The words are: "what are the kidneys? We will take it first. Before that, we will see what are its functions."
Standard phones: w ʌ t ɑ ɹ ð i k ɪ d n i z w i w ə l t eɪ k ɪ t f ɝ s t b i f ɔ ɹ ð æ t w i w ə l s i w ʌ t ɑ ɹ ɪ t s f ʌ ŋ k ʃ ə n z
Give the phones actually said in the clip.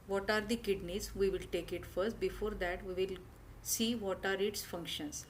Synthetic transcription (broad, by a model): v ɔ t ɑ ɹ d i k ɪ d n i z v i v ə l t eɪ k ɪ t f ɝ s t b i f ɔ ɹ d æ t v i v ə l s i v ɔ t ɑ ɹ ɪ t s f ʌ ŋ k ʃ ə n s